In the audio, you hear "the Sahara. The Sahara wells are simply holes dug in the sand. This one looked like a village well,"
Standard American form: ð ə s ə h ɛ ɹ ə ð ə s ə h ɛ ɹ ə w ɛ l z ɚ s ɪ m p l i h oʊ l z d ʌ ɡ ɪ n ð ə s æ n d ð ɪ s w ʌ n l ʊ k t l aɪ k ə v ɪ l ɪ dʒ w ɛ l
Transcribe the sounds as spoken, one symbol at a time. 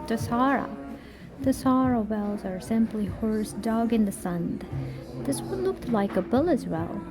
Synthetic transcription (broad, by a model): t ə s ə ɹ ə ð ə s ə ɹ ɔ ə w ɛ l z ɚ s ɪ m p l i h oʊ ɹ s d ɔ ɡ ɪ n ð ə s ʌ n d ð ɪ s w ʌ n l ʊ k t l aɪ k ə b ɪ l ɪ z w ɛ l